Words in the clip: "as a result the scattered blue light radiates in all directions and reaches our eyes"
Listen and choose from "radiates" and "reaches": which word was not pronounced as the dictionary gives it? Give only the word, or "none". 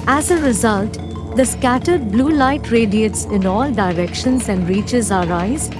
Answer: none